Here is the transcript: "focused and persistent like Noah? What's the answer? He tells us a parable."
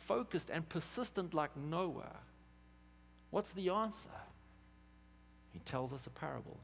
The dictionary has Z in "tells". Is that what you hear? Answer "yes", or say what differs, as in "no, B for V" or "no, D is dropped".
yes